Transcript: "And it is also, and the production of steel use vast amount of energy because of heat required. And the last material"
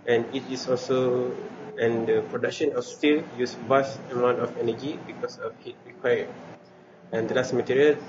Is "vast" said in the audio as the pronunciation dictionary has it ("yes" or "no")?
no